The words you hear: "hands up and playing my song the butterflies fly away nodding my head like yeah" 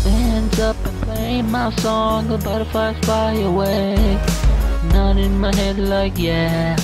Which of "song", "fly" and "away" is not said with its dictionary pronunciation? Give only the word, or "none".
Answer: fly